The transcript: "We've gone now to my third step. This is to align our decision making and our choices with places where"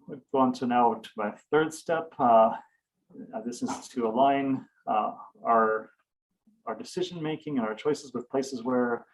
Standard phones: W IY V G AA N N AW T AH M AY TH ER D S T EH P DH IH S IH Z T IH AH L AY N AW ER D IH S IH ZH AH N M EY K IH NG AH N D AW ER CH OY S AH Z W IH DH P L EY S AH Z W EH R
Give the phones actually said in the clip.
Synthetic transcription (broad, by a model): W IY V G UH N N AW T AH M AY TH ER D S T EH P DH IH S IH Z T IH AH L AY N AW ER D IH S IH ZH AH N M EY K IH NG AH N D AW ER CH OY S AH Z W IH DH P L EY S AH Z W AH R